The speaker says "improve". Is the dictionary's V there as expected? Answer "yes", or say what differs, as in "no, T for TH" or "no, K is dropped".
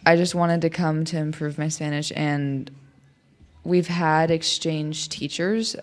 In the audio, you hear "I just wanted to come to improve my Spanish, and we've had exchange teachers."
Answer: yes